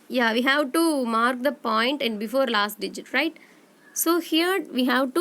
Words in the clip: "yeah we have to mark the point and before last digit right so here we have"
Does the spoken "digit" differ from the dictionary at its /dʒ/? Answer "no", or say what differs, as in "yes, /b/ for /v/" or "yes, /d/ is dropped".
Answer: no